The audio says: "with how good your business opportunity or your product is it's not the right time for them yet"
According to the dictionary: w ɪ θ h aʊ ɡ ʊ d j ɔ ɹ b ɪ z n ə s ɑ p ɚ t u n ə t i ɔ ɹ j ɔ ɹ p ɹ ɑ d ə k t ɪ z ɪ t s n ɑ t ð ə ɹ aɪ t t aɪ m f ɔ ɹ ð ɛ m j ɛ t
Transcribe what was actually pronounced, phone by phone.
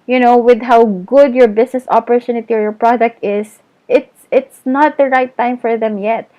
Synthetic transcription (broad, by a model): w ɪ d h aʊ ɡ ʊ d j ɔ ɹ b ɪ s n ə s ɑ p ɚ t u n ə t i ɔ ɹ j ɔ ɹ p ɹ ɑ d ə k t ɪ s ɪ t s n ɑ t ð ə ɹ aɪ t t aɪ m f ɔ ɹ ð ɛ m j ɛ t